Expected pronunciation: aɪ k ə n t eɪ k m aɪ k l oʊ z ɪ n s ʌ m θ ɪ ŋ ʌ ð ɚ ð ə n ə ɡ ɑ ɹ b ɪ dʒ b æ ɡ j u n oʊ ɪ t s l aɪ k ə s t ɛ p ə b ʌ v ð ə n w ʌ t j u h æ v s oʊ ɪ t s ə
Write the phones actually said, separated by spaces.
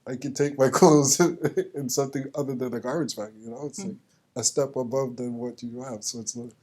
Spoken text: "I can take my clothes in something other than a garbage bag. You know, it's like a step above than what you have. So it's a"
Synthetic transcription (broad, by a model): aɪ k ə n t eɪ k m aɪ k oʊ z ɪ n s ʌ m θ ɪ ŋ ʌ ð ɚ ð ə n ə ɡ ɑ ɹ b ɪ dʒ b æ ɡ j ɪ n oʊ ɪ t s l aɪ k ə s t ɛ p ə b ʌ v ð ə n w ʌ t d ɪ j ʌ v s oʊ ɪ t s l